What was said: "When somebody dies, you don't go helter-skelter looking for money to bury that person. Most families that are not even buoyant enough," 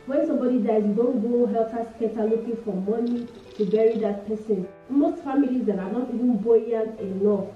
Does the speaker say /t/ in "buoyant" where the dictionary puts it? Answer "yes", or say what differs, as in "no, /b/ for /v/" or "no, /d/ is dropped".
no, /t/ is dropped